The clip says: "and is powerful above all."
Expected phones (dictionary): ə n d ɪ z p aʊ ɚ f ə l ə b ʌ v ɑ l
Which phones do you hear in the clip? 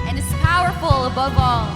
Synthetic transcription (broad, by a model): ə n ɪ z p aʊ ɚ f l ə b ʌ v ɑ l